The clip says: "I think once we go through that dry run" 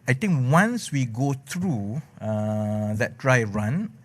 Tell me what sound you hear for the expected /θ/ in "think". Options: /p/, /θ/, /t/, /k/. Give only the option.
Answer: /t/